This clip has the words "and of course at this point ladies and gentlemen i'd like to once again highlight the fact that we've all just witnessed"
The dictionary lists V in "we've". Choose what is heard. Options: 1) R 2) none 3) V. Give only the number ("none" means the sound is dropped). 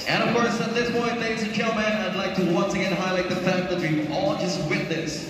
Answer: 2